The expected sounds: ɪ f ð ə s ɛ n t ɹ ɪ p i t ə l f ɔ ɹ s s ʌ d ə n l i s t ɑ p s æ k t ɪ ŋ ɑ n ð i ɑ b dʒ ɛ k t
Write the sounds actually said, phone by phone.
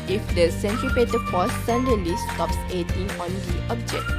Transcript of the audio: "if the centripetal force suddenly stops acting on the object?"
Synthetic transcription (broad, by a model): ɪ f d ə s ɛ n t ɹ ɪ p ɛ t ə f ɔ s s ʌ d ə l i s t ɑ p s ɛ t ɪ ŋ ɑ n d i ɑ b dʒ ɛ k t